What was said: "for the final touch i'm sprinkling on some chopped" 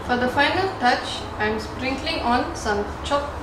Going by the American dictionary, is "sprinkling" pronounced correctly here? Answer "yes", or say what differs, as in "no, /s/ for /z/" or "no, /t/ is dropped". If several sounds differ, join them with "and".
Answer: yes